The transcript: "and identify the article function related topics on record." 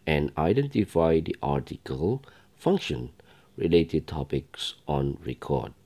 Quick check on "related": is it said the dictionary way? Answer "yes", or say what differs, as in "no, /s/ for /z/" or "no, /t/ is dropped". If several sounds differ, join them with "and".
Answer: yes